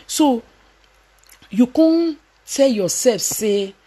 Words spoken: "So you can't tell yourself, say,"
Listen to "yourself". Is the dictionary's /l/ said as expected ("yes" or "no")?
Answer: no